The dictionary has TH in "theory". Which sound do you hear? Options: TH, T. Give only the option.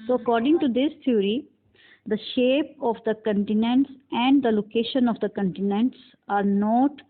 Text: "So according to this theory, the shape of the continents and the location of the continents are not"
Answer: T